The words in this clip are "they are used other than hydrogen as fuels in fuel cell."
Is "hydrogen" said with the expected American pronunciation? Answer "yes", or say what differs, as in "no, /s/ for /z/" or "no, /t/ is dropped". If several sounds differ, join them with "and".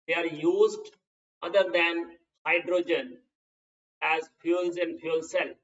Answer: yes